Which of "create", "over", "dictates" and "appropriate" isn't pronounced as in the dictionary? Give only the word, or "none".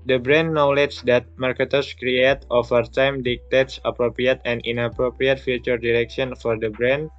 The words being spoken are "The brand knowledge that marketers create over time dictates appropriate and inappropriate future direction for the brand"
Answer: over